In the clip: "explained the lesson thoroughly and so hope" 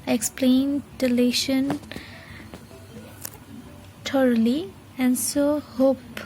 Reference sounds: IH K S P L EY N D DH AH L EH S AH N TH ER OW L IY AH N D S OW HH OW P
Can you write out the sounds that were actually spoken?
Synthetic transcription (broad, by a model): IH K S P L EY N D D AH L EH SH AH N T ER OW L IY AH N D S OW HH OW P